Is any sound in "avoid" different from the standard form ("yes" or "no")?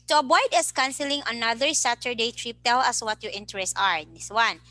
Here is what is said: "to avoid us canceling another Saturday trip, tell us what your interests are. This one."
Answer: yes